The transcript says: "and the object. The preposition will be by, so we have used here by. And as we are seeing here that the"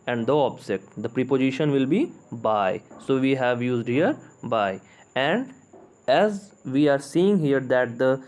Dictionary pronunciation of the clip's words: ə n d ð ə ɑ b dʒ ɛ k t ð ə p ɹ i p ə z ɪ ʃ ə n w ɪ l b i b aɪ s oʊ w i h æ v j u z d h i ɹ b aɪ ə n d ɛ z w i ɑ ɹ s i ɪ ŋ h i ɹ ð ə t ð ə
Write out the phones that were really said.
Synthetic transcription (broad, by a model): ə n d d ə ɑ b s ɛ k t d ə p ɹ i p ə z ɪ ʃ ə n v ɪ l b i b aɪ s oʊ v i h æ v j u z d h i ɹ b aɪ ə n d ɛ z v i ɑ ɹ s i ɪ ŋ h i ɹ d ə t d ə